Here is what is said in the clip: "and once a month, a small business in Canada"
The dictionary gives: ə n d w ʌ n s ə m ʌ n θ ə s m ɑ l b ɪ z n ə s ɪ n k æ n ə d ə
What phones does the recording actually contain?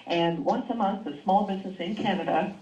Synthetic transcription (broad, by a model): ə n w ʌ n s ə m ʌ n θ ə s m ɑ l b ɪ z n ə s ɪ n k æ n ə d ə